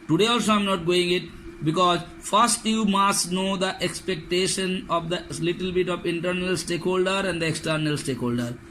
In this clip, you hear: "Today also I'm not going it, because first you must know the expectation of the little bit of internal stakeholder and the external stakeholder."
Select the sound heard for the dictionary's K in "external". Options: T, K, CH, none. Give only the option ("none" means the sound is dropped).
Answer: K